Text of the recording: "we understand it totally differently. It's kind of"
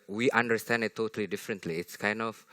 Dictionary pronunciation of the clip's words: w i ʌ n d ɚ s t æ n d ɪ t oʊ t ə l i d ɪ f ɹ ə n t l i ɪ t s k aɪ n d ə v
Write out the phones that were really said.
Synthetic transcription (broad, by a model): w i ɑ n d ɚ s t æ n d ɪ t oʊ t ə l i d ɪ f ɹ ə n t l i ɪ t s k aɪ n d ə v